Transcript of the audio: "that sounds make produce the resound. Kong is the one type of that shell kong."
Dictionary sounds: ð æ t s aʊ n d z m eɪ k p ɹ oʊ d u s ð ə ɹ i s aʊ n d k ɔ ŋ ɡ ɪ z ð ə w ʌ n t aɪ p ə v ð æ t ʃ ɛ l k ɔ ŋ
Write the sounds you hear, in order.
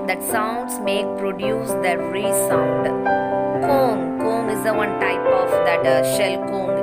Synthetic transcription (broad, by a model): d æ t s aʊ n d s m eɪ k p ɹ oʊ d u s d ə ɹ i s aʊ n d k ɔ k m ɪ z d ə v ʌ n t aɪ p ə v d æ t ʃ ɛ l k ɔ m